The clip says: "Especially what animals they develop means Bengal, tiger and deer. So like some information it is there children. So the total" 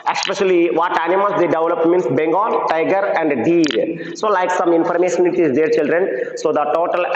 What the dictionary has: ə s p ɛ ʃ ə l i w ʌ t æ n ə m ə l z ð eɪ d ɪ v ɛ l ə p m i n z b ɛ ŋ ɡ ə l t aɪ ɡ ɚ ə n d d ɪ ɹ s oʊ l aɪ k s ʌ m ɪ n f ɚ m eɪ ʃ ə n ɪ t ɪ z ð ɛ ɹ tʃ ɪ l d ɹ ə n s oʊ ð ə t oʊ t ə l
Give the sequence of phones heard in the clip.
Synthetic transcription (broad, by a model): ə s p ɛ ʃ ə l i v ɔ t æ n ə m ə l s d eɪ d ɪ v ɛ l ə p m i n s b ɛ ŋ ɡ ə n t aɪ ɡ ɚ ə n d d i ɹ s oʊ l aɪ k s ʌ m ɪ n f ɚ m eɪ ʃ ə n ɪ t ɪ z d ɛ ɹ tʃ ɪ l d ɹ ə n s oʊ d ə t oʊ t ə l